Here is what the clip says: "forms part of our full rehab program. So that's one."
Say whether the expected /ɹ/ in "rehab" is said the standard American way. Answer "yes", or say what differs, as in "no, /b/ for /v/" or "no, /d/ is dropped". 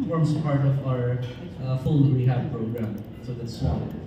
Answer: no, /w/ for /ɹ/